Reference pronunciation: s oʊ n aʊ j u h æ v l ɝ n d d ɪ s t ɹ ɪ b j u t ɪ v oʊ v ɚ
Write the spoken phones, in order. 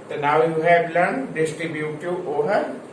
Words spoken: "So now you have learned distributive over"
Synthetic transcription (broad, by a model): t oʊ n aʊ j u h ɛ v l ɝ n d d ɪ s t ɹ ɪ b j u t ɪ oʊ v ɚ